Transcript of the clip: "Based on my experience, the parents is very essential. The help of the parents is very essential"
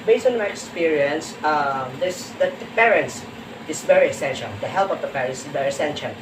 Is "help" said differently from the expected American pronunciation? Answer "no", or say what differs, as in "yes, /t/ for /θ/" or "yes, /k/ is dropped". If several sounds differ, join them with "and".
no